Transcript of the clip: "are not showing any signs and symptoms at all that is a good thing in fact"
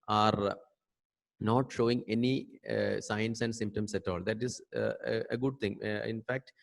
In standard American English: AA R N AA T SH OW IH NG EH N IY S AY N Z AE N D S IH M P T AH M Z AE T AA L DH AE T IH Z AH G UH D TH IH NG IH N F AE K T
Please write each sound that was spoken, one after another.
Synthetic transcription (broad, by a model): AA R N AA T SH OW IH NG EH N IY S AY N S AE N D S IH M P T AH M S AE T AA L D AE T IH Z AH G UH D T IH NG IH N F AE K T